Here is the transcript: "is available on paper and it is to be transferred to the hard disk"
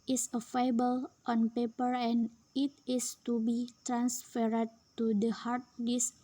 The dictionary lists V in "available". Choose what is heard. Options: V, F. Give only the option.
F